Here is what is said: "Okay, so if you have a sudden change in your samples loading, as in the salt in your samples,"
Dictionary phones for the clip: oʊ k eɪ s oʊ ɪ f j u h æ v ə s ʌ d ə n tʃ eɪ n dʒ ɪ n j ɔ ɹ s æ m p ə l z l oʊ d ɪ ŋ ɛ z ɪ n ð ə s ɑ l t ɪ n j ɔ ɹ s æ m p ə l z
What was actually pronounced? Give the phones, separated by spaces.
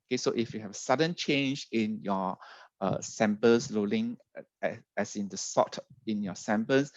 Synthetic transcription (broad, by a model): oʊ k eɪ s oʊ ɪ f j u h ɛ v ə s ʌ d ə n tʃ eɪ n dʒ ɪ n j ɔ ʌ s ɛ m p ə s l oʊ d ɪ ŋ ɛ s ɪ n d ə s ɑ t ɪ n j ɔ s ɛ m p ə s